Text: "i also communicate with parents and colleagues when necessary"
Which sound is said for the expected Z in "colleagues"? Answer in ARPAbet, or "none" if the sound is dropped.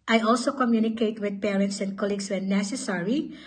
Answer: S